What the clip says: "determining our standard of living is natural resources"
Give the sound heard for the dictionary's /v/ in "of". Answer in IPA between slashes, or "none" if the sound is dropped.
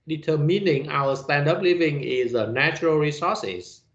/p/